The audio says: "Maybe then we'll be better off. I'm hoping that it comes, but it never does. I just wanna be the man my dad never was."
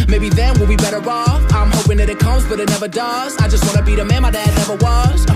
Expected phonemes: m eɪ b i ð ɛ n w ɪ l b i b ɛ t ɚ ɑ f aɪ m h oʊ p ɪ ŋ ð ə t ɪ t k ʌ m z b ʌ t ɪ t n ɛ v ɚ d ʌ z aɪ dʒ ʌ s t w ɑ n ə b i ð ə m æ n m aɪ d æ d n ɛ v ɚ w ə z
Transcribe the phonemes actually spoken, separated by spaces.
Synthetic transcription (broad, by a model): m eɪ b i ð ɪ n w ɪ l b i b ɛ t ɚ ɑ f aɪ m h oʊ p ɪ ŋ ð ə t ɪ t k ʌ m z b ʌ t ɪ t n ɛ v ɚ d ʌ z aɪ dʒ ʌ s t w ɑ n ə b i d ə m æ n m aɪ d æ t n ɛ v ɚ w ə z